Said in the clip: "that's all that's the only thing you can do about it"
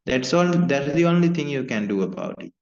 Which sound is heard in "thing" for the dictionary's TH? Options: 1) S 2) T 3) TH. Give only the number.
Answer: 2